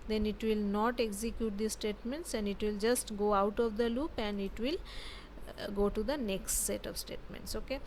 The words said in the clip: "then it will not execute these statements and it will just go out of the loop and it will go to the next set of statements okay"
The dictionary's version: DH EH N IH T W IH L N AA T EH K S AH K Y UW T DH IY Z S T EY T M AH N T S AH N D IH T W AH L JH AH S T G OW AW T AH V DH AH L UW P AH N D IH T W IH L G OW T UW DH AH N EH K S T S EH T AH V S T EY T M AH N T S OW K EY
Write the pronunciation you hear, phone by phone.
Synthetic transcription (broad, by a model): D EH N IH T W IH L N AA T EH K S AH K Y UW T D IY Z S T EY T M AH N T S AH N D IH T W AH L JH AH S T G OW AW T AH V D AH L UW P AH N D IH T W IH L G OW T UW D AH N EH K S T S EH T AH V S T EY T M AH N T S OW K EY